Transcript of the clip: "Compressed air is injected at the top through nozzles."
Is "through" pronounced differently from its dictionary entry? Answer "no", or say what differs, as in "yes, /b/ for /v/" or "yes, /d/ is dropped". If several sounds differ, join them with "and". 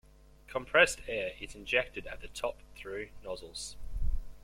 no